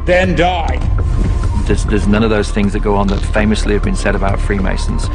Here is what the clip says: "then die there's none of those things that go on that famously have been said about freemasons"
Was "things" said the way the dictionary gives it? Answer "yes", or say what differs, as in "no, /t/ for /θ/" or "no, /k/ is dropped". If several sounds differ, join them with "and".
yes